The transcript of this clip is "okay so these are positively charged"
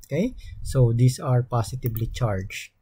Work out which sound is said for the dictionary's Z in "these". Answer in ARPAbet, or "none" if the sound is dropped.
S